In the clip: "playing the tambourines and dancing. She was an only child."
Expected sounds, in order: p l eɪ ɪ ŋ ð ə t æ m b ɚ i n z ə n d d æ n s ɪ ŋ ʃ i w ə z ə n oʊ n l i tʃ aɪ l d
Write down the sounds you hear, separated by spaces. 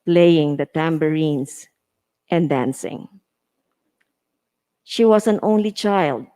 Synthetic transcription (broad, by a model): p l eɪ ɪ ŋ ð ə t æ m b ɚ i n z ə n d d æ n s ɪ ŋ ʃ i w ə s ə n oʊ n l i tʃ aɪ l d